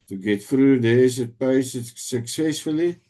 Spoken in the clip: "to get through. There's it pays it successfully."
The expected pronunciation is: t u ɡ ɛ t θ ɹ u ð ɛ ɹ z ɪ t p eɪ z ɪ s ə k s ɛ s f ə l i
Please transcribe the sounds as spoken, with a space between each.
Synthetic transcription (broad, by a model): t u ɡ ɛ t f ɹ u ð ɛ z ɪ t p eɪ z ɪ s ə k s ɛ s f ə l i